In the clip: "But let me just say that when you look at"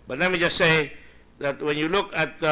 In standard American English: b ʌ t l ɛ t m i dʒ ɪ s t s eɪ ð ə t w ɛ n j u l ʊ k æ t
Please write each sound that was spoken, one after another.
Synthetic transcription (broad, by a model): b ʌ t n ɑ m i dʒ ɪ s s eɪ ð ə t w ɛ n j u l ʊ k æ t